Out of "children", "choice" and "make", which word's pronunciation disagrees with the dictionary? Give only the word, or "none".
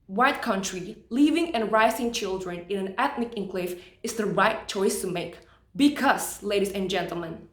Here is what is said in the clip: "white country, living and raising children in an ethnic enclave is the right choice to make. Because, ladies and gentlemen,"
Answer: none